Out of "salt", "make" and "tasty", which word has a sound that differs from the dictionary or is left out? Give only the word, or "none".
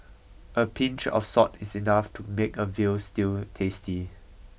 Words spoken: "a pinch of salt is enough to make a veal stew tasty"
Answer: salt